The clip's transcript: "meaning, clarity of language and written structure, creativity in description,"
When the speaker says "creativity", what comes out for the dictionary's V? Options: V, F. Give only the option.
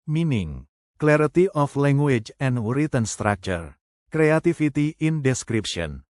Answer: F